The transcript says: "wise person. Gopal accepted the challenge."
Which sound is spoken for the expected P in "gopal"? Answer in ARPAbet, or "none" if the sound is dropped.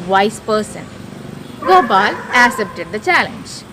B